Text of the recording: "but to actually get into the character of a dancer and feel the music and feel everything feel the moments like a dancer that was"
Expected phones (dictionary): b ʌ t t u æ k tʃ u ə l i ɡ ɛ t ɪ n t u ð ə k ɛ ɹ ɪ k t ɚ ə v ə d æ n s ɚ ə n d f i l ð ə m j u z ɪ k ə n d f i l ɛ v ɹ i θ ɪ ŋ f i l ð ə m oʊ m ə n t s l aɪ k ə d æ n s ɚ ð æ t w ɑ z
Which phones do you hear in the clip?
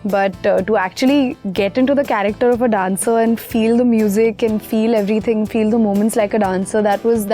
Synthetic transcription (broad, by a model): b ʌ t t u æ k tʃ u ə l i ɡ ɛ t ɪ n t u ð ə k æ ɹ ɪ k t ɚ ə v ə d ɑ n s ɚ ə n d f i l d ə m j u z ɪ k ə n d f i l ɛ v ɹ i t ɪ ŋ f i l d ə m oʊ m ə n t s l aɪ k ə d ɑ n s ɚ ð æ t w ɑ z